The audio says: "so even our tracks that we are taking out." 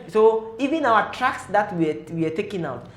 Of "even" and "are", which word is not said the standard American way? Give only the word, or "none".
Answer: are